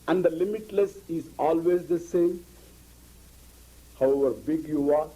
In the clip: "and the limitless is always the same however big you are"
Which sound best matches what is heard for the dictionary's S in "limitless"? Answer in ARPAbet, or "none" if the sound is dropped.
S